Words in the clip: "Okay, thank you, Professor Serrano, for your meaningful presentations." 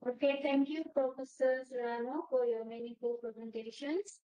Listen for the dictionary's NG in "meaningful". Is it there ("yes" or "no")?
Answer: no